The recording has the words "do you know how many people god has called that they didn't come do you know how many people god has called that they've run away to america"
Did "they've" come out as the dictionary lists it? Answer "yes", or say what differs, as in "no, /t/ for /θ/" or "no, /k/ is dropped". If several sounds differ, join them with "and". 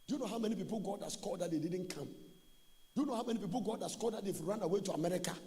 no, /f/ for /v/